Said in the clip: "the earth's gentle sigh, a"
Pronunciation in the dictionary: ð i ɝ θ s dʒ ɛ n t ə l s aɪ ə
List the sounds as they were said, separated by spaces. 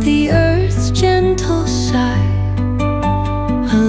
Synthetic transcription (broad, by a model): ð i ɝ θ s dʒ ɛ n t l ʃ aɪ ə